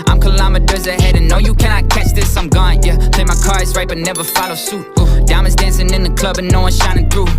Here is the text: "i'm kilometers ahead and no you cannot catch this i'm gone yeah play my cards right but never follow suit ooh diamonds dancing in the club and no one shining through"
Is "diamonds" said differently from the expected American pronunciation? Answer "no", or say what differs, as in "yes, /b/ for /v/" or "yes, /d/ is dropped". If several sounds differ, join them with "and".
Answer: yes, /m/ is dropped